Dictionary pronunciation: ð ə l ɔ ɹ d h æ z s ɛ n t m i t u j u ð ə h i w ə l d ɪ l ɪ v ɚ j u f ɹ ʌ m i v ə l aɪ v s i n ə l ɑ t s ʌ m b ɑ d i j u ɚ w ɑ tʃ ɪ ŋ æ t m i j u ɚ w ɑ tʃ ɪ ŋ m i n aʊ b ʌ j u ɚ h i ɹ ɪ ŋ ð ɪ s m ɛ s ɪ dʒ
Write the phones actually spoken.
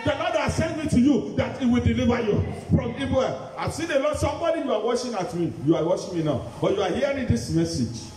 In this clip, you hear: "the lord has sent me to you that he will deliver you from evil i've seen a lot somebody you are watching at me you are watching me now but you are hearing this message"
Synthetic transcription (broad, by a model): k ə n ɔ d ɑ s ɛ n m i t u j u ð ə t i w ə l d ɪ l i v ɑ j u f ɹ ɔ m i b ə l aɪ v s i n ə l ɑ s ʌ m b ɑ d i j u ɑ w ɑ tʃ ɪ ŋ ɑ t m i j u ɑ w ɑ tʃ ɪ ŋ m i n aʊ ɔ j u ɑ h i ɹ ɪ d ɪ s m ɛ s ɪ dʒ